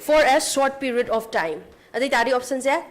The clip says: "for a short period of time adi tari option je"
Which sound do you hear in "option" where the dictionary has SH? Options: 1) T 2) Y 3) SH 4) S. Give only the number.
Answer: 4